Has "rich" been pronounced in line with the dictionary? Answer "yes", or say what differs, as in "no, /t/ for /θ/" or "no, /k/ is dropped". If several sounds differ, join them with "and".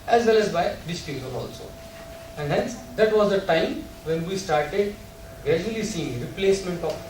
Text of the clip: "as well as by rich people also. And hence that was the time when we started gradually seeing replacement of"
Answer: no, /s/ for /tʃ/